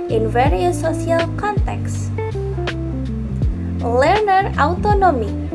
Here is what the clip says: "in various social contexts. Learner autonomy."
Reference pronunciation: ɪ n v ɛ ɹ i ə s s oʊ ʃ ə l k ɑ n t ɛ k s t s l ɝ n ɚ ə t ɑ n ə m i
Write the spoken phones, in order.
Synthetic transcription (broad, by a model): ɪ n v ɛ ɹ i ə s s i ə l k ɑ n t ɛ k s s l ɝ n ɚ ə t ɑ n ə m i